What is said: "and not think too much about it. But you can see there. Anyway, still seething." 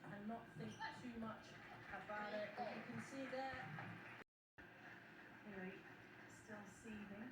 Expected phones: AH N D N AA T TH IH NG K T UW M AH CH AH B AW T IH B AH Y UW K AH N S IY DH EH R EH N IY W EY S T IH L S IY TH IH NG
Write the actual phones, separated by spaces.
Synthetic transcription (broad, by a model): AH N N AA T TH IH NG K T UW M AH CH AH B AW T IH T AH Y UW K AH N S IY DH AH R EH IY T S T IH L S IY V IH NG